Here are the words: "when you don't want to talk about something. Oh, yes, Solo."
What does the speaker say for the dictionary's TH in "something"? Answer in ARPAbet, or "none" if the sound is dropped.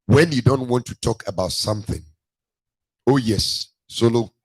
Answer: TH